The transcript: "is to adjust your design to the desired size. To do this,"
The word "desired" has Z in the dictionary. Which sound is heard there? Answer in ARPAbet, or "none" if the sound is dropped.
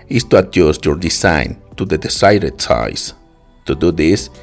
S